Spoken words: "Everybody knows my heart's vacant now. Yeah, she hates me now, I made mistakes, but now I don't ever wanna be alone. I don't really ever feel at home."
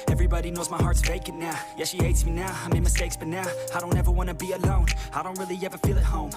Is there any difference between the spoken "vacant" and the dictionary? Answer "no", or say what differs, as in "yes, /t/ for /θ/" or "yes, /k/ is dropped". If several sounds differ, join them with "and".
yes, /n/ is dropped